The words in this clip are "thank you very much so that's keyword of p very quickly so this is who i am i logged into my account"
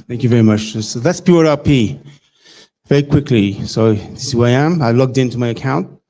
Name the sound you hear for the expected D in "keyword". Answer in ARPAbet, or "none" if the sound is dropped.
none